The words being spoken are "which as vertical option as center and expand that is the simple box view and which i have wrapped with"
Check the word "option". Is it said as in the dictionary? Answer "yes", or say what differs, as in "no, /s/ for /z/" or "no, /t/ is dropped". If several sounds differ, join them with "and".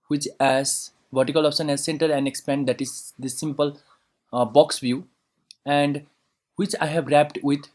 no, /s/ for /ʃ/